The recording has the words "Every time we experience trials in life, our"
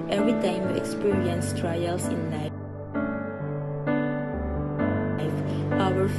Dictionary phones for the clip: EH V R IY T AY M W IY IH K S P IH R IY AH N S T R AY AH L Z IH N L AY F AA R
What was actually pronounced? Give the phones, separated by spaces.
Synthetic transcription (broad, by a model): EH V R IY T AY M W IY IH K S P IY R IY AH N S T R AY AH L S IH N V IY AA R